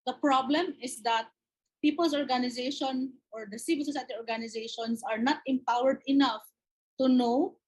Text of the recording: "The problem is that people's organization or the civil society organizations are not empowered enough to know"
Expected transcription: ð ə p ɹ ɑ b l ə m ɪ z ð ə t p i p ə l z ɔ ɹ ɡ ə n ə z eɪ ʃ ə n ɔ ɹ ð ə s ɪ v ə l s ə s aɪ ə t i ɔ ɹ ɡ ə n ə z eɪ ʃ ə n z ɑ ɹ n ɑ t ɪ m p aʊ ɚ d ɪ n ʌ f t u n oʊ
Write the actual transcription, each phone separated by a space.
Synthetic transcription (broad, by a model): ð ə p ɹ ɑ b l ə m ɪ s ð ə t p i p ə l s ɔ ɹ ɡ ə n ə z eɪ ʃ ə n ɔ ɹ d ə s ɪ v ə l s ə s aɪ ə t i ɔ ɹ ɡ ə n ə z eɪ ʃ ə n s ɑ ɹ n ɑ t ɪ m p aʊ ɚ d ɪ n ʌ f t u n oʊ